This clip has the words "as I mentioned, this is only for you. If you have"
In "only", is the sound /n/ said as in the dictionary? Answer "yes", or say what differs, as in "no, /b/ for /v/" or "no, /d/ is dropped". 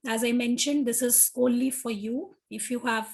no, /n/ is dropped